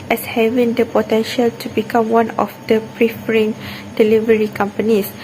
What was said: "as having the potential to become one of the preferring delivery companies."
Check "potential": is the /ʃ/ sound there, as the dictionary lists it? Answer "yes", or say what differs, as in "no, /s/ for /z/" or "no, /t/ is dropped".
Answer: yes